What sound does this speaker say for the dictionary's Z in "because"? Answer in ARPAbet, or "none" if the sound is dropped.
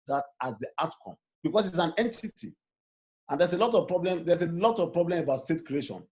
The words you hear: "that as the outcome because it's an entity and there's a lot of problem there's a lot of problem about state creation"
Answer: S